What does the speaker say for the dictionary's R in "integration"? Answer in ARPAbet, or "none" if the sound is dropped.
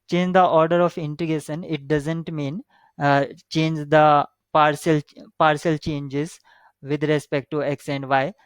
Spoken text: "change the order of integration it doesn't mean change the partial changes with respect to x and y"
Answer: none